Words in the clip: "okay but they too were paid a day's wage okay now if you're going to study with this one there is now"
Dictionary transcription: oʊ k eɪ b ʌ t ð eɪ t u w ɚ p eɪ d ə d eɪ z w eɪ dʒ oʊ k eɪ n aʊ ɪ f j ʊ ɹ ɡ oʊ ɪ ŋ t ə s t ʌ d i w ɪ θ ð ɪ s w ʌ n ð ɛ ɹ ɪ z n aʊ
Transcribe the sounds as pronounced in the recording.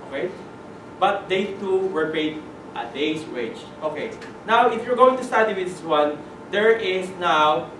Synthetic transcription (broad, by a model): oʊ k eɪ b ʌ t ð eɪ t u w ɚ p eɪ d ə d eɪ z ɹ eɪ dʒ oʊ k eɪ n aʊ ɪ f j ʊ ɹ ɡ oʊ ɪ ŋ t ə s t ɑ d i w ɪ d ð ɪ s w ʌ n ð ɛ ɹ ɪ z n aʊ